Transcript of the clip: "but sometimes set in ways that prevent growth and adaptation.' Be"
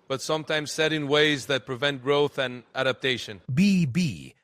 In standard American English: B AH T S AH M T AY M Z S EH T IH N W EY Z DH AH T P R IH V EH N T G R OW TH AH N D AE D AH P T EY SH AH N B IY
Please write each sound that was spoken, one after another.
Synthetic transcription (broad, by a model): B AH T S AH M T AY M Z S EH T IH N W EY Z DH AH T P R IH V EH N T G R OW TH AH N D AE D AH P T EY SH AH N B IY